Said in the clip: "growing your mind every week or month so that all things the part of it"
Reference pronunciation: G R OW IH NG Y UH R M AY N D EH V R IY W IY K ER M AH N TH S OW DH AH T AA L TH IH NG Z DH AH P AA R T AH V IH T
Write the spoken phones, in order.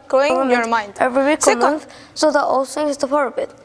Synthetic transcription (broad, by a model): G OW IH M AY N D EH V R IY W IY K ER M AH N TH S OW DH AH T AA L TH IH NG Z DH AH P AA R AH B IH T